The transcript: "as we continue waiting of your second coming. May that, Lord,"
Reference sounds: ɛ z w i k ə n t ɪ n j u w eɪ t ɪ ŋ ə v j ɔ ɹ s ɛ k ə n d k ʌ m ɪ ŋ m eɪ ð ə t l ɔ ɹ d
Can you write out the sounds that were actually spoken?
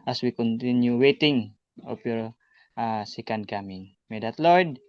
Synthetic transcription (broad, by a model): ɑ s w i k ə n t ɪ n j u w eɪ t ɪ ŋ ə p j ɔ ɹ s ɛ k ə n d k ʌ m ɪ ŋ m eɪ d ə t l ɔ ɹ d